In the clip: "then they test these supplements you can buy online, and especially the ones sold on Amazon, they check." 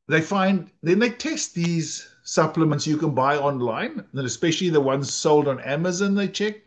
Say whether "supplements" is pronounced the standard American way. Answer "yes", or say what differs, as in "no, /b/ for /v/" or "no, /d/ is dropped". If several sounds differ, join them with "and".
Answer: yes